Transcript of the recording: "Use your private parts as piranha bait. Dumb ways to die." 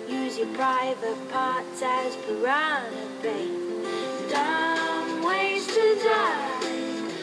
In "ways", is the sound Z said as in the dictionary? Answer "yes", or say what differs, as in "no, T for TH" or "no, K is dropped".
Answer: no, Z is dropped